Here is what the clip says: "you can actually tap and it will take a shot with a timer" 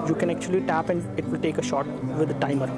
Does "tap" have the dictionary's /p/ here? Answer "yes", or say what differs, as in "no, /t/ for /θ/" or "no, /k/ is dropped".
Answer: yes